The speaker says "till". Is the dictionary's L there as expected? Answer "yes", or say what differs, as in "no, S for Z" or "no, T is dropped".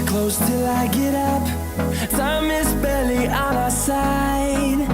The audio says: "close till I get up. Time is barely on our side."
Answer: yes